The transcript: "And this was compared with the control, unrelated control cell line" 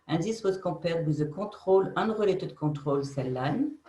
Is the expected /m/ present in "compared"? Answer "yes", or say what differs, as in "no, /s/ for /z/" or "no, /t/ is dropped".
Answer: no, /m/ is dropped